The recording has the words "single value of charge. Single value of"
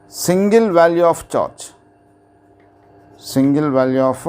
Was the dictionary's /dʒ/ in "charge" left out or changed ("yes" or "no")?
yes